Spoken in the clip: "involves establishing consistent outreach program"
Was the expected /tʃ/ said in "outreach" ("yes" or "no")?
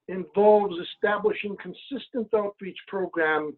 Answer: yes